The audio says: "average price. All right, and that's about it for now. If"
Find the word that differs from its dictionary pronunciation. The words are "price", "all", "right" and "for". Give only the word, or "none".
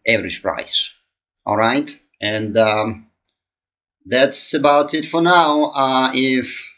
none